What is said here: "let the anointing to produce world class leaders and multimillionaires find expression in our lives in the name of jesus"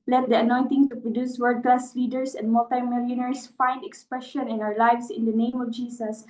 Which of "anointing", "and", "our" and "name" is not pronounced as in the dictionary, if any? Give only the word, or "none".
none